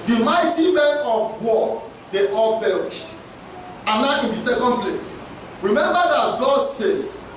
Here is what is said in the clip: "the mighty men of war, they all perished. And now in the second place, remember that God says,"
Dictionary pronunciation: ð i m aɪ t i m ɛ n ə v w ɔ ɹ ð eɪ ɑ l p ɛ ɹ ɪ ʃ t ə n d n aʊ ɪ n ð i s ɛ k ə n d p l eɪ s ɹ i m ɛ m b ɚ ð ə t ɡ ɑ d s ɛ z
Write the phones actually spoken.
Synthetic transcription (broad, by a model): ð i m aɪ t i m ɛ n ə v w ɔ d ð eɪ ɑ l b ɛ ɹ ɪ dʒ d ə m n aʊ ɪ n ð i s ɛ k ə n d p l eɪ s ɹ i m ɛ m b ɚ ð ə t ɡ ɑ d s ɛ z